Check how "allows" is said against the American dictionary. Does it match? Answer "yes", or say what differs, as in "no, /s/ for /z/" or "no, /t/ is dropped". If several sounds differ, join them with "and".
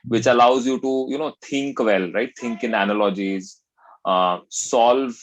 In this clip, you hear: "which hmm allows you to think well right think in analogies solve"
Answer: yes